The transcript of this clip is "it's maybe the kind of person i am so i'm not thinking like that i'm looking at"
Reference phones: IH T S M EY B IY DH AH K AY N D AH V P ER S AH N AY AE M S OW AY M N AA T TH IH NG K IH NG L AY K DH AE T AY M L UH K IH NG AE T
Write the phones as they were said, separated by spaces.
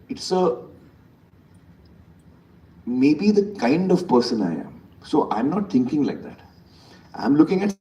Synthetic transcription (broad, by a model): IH T S M EY B IY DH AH K AY N D AH V P ER S AH N AY AE M S OW AY M N AA T T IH NG K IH NG L AY K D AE T AY M L UH K IH NG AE T